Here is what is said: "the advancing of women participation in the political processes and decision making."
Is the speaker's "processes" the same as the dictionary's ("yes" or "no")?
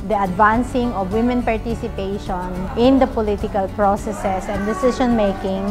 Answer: no